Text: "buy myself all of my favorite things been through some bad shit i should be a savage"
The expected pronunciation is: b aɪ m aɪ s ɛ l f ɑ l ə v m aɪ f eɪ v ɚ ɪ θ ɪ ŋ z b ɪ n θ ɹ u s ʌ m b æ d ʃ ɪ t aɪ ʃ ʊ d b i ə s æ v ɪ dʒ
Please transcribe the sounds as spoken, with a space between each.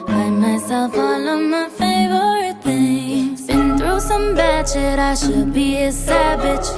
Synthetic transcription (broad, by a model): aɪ m aɪ s ɛ l f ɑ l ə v m aɪ f eɪ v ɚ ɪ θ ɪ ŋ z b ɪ n θ ɹ u s ʌ m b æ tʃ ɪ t aɪ ʃ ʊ d b i ə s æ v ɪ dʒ